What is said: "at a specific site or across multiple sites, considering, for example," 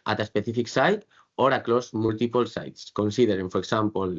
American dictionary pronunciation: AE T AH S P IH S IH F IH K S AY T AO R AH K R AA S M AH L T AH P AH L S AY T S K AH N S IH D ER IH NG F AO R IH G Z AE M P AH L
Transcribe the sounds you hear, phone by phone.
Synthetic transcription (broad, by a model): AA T AH S P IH TH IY F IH K S AY T AO R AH K L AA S M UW L T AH P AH L S AY T S K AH N S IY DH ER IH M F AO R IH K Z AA M P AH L